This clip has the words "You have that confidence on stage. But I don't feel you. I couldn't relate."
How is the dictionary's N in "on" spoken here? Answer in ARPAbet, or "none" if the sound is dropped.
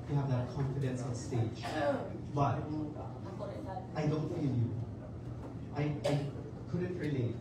L